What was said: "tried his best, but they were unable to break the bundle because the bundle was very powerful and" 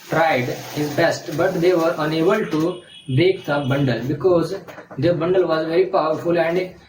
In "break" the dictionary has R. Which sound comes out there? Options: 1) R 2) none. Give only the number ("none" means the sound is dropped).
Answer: 2